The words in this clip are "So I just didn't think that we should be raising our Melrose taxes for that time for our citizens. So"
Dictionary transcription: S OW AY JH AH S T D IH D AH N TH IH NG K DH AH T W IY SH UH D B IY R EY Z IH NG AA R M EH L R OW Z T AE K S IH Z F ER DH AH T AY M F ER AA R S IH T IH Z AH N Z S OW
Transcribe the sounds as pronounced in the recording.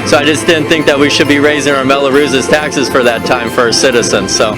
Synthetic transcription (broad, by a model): S OW AY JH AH S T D IH D N TH IH NG K DH AH T W IY SH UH D B IY R EY Z IH NG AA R M EH L R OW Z T AE K S IH Z F ER DH AH T AY M F ER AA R S IH T IH Z AH N Z S OW